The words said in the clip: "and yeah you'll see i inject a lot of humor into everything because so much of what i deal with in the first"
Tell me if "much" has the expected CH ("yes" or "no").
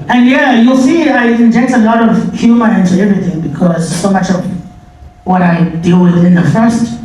yes